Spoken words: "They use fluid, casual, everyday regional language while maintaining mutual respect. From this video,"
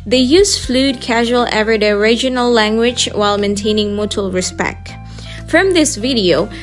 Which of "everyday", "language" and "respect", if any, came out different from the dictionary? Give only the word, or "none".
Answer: everyday